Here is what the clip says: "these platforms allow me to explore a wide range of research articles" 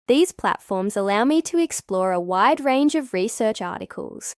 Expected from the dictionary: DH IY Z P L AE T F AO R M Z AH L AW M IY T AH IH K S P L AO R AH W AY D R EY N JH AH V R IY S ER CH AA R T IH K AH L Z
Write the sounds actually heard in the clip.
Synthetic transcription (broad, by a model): DH IY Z P L AE T F AO R M Z AH L AW M IY T AH IH K S P L AO R AH W AY D R EY N JH AH V R IY S ER CH AA R T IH K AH L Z